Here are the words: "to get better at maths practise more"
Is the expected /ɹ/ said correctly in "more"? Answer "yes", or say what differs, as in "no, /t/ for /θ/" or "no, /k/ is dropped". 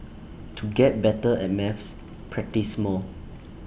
no, /l/ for /ɹ/